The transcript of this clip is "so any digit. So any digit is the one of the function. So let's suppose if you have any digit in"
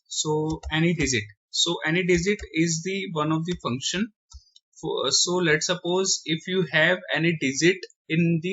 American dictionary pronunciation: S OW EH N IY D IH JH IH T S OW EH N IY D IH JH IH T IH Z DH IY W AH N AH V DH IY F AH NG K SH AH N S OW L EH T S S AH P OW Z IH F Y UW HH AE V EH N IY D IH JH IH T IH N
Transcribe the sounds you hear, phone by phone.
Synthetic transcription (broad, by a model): S OW EH N IY D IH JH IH T S OW EH N IY D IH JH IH T IH Z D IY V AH N AH V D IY F AH NG K SH AH N S OW L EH T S S AH P OW Z IH F Y UW HH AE V EH N IY D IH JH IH T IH N